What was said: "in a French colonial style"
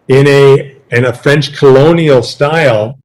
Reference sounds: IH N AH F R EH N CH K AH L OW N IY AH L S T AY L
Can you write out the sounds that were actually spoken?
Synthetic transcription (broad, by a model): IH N AH F R EH N CH K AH L OW N IY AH L S T AY L